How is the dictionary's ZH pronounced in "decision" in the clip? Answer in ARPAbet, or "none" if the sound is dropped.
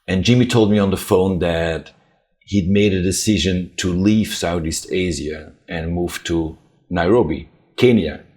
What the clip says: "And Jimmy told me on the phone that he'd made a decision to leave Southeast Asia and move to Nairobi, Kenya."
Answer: ZH